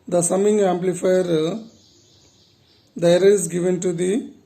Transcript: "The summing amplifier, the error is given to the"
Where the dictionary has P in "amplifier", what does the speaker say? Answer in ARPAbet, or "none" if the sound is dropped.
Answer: P